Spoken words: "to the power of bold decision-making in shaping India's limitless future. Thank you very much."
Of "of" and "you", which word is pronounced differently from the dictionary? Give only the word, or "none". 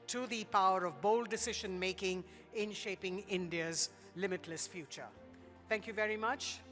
none